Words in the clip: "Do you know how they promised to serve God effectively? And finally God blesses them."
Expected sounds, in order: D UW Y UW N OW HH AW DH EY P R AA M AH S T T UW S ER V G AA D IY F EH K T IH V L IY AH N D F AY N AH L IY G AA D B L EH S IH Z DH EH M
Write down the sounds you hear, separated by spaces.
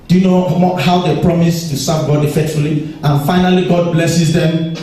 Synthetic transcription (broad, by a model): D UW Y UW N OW HH AW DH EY P R AA M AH S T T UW S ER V G AA D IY F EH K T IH L IY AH N F AY N AH L IY G AA D B L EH S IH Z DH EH M